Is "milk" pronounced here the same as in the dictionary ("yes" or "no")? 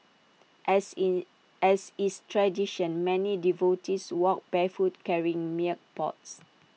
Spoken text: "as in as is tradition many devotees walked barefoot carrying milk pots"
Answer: no